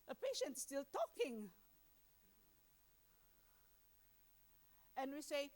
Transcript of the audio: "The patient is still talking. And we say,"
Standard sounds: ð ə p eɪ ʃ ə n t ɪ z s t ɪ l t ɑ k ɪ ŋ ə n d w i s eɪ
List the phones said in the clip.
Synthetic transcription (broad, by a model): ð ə p eɪ ʃ ə n t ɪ s t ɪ l t ɑ k ɪ ŋ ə n w i s eɪ